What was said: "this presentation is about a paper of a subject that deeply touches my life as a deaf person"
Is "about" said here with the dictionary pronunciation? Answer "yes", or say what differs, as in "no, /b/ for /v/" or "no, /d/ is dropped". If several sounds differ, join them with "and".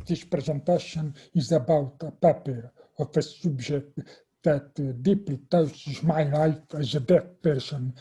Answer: yes